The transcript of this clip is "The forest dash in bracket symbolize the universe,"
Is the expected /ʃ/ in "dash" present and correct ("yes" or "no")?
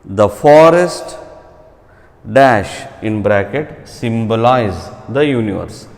yes